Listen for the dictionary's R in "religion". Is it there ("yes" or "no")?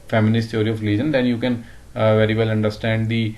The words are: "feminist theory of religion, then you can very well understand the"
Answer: no